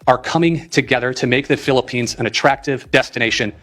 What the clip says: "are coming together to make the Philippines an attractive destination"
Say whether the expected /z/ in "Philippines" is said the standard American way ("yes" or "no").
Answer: yes